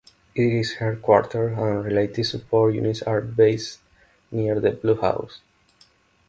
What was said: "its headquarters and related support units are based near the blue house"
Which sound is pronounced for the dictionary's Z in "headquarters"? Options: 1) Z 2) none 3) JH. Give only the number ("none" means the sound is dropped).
2